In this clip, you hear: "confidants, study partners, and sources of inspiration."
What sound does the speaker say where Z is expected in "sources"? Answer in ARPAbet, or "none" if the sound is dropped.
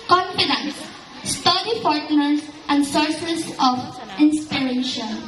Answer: S